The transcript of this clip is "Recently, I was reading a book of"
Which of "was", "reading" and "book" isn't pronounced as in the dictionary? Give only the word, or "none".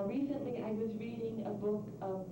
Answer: none